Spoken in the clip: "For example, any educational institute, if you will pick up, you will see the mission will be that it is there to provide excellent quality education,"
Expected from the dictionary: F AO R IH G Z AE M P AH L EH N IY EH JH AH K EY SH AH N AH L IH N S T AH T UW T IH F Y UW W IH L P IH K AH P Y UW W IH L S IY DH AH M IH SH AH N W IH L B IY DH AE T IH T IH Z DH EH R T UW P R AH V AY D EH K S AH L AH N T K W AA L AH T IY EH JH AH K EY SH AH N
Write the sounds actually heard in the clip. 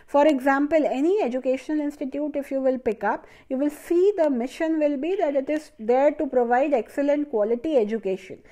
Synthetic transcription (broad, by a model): F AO R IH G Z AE M P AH L EH N IY EH JH AH K EY SH AH N AH L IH N S T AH T UW T IH F Y UW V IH L P IH K AH P Y UW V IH L S IY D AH M IH SH AH N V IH L B IY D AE T IH T IH Z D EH R T UW P R AH V AY D EH K S AH L AH N T K W AA L AH T IY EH JH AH K EY SH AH N